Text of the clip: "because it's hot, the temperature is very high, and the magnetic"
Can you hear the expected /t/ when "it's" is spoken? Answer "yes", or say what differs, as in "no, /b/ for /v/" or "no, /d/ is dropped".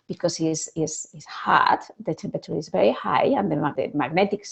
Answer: no, /s/ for /t/